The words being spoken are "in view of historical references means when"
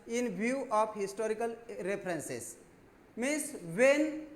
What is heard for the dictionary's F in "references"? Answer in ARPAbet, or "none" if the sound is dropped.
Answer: P